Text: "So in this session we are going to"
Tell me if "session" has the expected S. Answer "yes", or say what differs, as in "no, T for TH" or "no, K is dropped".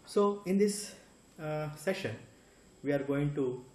yes